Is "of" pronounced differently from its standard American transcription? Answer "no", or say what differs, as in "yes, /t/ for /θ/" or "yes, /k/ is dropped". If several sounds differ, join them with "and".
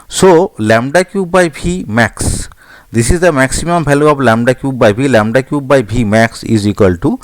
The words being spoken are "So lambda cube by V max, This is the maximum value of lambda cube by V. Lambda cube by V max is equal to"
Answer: yes, /b/ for /v/